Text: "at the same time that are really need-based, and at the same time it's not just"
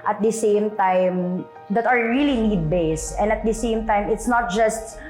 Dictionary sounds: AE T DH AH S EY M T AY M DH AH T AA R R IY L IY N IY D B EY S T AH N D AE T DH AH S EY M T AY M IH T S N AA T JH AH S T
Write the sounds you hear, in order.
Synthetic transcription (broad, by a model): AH T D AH S EY M T AY M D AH T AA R R IY L IY N IY D B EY S AH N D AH T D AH S EY M T AY M IH T S N AA T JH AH S T